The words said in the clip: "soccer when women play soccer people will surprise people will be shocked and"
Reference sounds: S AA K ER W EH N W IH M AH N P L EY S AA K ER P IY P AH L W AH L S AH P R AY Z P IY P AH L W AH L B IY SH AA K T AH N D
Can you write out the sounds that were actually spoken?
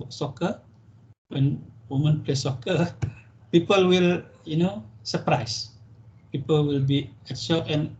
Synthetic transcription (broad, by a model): S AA K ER W EH N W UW M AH N P L EY S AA K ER P IY P AH L W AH L S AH P R AY S P IY P AH L W AH L B IY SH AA T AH N